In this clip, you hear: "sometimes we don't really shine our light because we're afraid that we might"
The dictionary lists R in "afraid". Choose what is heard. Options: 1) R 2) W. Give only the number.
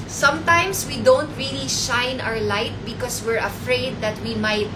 1